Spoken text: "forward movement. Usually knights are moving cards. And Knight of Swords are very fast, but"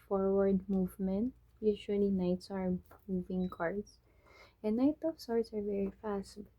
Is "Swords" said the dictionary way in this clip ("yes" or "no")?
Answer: no